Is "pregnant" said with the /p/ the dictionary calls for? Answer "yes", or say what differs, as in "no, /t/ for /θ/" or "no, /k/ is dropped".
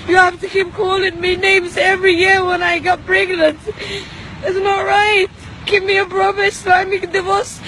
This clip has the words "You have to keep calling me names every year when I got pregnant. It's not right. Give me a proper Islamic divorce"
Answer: no, /b/ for /p/